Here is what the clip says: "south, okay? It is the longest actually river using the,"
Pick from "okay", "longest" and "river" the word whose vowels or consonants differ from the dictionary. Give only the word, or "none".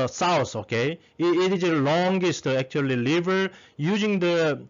river